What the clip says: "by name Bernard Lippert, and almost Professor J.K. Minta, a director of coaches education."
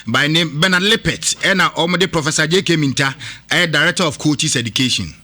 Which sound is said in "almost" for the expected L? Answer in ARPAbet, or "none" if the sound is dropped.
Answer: none